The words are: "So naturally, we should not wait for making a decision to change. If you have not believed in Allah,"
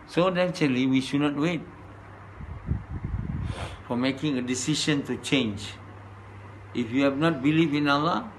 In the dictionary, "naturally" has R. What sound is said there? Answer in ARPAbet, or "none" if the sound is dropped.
none